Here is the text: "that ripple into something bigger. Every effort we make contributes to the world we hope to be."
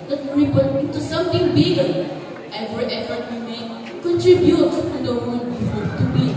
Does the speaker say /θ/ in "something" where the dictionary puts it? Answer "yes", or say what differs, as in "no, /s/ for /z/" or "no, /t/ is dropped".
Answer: no, /t/ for /θ/